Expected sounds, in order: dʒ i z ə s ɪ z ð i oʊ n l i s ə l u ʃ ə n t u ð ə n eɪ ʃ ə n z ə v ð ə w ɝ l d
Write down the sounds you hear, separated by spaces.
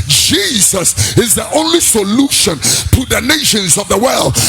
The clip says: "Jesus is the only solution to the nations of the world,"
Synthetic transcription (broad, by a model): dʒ i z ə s ɪ z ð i oʊ n l i s ə l u ʃ ə n t u ð ə n eɪ ʃ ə n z ə v ð ə w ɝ l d